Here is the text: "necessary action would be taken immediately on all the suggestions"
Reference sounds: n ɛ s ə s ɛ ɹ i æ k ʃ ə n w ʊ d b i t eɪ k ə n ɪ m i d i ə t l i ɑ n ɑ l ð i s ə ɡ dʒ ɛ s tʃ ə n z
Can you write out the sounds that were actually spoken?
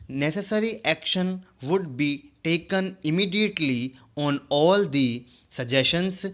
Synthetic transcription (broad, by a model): n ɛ s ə s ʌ ɹ i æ k ʃ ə n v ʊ d b i t eɪ k ə n ɪ m i d i ə t l i ɑ n ɑ l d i s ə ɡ dʒ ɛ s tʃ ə n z